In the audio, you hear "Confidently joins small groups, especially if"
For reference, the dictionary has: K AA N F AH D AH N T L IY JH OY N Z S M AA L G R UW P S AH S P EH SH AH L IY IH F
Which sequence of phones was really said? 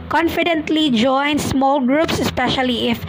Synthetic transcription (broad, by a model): K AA N F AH D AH N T L IY JH OY N S M AA L G R UW P S AH S P EH SH AH L IY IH F